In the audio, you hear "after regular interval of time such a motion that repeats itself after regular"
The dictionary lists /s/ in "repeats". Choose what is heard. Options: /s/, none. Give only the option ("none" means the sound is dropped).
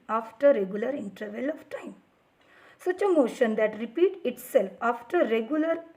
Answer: none